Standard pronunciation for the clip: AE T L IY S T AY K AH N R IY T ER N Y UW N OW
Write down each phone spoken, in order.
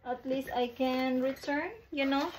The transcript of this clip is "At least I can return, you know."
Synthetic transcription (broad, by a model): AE T L IY S T AY K AH N R IY T ER N Y UW N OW